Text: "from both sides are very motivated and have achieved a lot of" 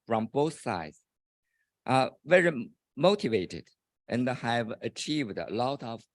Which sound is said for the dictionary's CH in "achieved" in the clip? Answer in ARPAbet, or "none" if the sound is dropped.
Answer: CH